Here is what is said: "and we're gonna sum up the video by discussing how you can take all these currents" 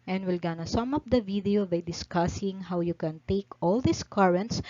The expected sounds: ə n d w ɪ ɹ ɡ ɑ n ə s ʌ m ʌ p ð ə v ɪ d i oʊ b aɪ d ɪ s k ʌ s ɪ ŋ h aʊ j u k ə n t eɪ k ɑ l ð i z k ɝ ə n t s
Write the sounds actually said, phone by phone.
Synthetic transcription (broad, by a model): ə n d w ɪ l ɡ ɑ n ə s ʌ m ʌ p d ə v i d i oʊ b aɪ d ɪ s k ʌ s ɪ ŋ h aʊ j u k ə n t eɪ k ɑ l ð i s k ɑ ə n t s